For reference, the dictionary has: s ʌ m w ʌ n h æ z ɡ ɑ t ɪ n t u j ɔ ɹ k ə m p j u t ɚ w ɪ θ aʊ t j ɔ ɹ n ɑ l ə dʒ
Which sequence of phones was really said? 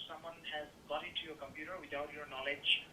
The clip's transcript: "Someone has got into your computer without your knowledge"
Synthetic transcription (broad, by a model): s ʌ m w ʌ n h æ z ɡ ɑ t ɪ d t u j ɔ ɹ k ə m p j u t ɚ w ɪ t aʊ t j ɔ ɹ n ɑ l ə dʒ